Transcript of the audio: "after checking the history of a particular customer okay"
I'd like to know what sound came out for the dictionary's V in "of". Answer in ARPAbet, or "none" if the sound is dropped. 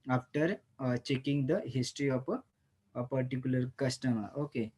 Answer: P